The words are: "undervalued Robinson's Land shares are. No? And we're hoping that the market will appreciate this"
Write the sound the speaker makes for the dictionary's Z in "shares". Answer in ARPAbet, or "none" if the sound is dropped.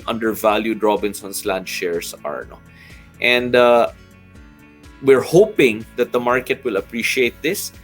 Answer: S